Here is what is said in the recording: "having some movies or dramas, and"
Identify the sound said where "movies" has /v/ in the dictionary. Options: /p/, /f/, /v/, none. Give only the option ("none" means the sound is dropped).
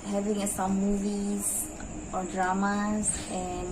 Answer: /v/